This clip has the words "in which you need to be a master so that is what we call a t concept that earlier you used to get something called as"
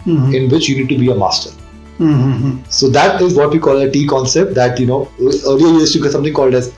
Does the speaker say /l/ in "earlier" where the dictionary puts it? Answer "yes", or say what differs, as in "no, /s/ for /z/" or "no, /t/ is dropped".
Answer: no, /n/ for /l/